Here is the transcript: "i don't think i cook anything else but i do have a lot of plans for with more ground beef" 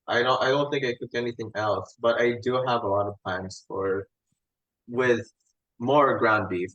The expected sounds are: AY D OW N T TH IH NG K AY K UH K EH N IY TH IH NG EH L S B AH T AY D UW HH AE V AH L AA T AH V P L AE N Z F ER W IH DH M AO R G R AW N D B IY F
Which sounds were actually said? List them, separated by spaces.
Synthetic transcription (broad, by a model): AY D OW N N TH IH NG K AY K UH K EH N IY TH IH NG EH L S B AH T AY D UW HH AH V AH L AA T AH V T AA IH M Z F ER W IH DH M AO R G R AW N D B IY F